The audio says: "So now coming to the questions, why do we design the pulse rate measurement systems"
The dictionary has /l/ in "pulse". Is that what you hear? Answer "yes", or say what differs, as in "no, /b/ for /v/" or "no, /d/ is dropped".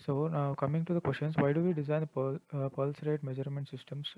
yes